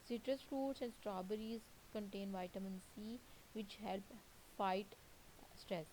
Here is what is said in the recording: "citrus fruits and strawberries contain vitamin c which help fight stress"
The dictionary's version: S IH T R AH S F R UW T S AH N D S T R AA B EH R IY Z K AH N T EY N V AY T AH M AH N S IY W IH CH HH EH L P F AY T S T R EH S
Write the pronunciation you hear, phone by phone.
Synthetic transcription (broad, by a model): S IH T R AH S F R UW T S AH N D S T R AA B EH R IY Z K AH N T EY N V AY T AH M AH N S IY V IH CH HH EH L P F AY T S T R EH S